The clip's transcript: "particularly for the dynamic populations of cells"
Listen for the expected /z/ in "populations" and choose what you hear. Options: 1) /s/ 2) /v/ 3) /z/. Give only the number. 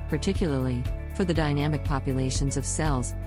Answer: 3